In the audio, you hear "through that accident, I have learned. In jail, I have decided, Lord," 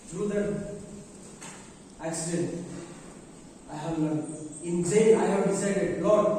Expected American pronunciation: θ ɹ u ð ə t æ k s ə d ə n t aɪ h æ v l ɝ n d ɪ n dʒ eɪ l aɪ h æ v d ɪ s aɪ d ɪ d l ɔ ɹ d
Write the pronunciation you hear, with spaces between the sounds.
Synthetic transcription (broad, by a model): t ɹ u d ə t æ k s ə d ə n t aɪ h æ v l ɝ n ɪ n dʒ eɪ n aɪ h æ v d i s aɪ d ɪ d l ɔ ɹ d